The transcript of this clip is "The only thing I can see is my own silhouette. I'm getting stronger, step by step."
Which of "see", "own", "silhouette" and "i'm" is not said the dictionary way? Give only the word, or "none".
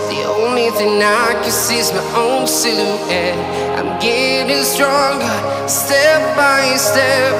silhouette